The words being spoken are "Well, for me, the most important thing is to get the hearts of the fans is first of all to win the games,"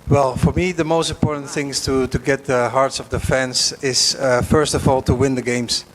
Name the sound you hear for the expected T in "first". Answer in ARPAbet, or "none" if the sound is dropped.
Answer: T